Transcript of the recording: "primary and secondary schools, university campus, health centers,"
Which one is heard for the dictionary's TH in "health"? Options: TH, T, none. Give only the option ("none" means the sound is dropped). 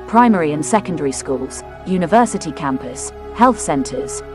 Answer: TH